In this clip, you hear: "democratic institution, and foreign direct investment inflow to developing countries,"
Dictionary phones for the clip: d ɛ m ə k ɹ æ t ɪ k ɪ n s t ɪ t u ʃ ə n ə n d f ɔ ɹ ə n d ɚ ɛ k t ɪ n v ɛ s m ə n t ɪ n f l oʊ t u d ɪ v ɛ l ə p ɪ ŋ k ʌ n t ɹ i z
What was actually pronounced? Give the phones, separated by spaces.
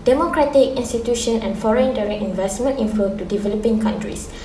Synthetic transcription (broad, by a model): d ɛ m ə k ɹ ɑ t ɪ k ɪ n s t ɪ t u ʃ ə n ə n f ɔ ɹ ə n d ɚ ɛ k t ɪ n v ɛ s m ə n t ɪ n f oʊ t u d ɪ v ɛ l ə p ɪ ŋ k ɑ n t ɹ i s